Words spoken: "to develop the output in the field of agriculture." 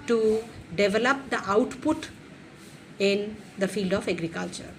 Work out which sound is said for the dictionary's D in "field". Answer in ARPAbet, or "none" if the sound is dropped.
D